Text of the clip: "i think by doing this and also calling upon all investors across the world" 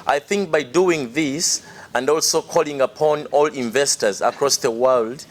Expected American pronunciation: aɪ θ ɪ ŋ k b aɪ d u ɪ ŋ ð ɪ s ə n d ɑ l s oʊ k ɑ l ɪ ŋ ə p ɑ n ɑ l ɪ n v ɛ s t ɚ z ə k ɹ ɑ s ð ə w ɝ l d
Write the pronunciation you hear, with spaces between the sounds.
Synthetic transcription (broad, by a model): aɪ θ ɪ ŋ k b aɪ d u ɪ ŋ ð ɪ s ə n d ɑ l s oʊ k ɑ l ɪ ŋ ə p ɑ n ɑ l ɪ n v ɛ s t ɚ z ə k ɹ ɑ s ð ə w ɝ l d